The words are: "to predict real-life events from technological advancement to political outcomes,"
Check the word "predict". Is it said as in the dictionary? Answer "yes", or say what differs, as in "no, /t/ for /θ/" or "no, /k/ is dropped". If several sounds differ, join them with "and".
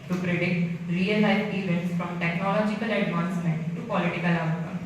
no, /k/ is dropped